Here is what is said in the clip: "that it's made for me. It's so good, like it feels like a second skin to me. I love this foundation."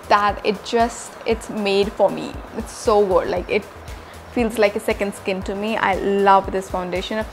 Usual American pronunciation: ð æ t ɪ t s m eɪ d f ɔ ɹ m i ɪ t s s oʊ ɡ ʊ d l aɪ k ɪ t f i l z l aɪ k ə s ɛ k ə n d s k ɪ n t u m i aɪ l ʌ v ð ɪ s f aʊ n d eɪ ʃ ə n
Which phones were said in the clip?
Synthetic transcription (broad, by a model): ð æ t ɪ t s m eɪ d f ɔ ɹ m i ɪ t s s oʊ ɡ ʊ d l aɪ k ɪ t f i l z l aɪ k ə s ɛ k ə n d s k ɪ n t u m i aɪ l ʌ v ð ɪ s f aʊ n d eɪ ʃ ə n